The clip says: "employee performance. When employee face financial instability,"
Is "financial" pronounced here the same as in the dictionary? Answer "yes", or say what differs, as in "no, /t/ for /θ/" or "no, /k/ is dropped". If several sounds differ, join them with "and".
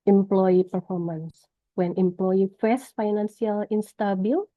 no, /s/ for /ʃ/